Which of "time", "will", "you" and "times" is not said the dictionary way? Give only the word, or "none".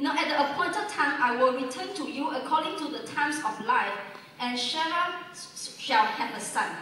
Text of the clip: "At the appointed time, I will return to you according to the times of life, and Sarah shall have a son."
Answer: times